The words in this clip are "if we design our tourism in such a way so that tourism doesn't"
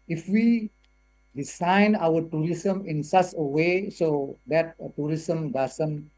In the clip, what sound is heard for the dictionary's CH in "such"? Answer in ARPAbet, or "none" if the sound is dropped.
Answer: S